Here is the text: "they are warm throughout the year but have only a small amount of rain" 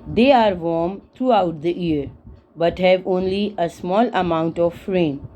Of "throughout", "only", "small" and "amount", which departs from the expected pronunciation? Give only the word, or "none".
throughout